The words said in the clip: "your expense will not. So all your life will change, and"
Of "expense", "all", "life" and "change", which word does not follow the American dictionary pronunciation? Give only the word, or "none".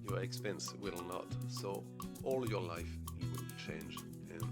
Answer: none